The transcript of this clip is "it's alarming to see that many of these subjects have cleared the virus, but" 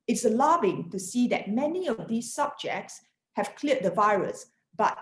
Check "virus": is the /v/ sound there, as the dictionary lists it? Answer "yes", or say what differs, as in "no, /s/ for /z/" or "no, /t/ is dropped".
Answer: yes